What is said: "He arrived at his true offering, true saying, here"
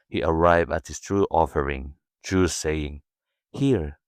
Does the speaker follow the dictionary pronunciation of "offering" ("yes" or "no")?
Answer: yes